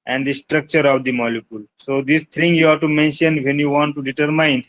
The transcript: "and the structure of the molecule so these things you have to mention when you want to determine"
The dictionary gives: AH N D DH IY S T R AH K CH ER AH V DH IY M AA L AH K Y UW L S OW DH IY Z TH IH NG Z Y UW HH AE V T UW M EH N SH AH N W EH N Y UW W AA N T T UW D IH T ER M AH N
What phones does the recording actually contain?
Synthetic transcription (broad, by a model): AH N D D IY S T R AH K CH ER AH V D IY M AA L AH K Y UW L S OW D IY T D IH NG Y UW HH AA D T UW M EH N SH AH N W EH N Y UW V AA N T T UW D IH T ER M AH N